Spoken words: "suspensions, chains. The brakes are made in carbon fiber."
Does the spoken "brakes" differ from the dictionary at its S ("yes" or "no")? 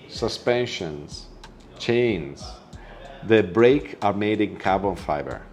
yes